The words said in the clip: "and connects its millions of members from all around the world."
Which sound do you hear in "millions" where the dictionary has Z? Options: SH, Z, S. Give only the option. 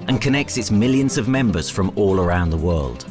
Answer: Z